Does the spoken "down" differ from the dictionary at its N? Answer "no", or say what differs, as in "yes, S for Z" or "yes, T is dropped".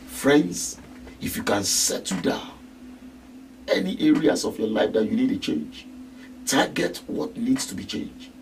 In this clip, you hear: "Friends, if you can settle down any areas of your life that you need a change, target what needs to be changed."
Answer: yes, N is dropped